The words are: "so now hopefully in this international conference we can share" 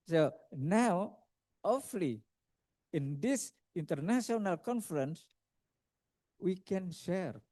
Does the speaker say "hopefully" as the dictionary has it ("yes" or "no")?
no